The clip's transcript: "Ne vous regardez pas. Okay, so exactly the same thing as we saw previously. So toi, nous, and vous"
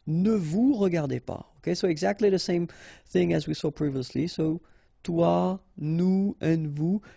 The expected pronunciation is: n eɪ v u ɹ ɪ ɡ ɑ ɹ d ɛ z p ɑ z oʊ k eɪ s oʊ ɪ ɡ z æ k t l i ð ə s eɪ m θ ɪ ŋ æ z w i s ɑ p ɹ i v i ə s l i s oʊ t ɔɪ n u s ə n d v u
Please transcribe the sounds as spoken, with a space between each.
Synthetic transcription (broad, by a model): n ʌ v u ɹ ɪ ɡ ɑ ɹ d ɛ p ɑ oʊ k eɪ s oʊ ɪ ɡ z æ k t l i ð ə s eɪ m θ ɪ ŋ æ z w i s ɑ p ɹ i v i ə s l i s oʊ t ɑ n u ə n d v u